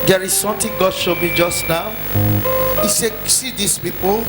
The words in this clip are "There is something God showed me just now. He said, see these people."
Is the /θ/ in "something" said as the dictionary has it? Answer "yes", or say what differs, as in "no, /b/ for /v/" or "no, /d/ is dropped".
no, /t/ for /θ/